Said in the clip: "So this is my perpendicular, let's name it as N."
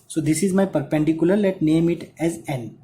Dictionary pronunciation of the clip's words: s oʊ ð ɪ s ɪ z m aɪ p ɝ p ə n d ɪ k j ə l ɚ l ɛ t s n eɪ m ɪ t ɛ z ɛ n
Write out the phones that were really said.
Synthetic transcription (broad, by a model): s oʊ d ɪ s ɪ z m aɪ p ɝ p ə n d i k j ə l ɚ l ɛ t n eɪ m ɪ t ɛ z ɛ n